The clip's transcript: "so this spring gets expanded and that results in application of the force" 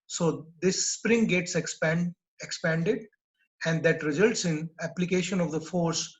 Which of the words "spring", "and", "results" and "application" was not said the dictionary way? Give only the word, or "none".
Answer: none